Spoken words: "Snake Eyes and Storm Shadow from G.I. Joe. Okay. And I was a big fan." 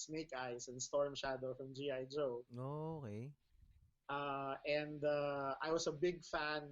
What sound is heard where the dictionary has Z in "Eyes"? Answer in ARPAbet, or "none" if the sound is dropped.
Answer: S